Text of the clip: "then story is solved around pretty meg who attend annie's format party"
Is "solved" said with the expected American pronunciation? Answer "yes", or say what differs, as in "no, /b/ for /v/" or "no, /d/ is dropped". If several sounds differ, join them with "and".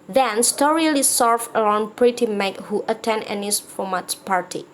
no, /d/ is dropped